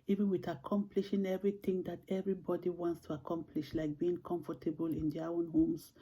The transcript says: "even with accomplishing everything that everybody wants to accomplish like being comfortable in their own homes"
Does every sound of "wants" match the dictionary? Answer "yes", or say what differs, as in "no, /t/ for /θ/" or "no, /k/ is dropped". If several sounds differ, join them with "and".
yes